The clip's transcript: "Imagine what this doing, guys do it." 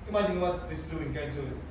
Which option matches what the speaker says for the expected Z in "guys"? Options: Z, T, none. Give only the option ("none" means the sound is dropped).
none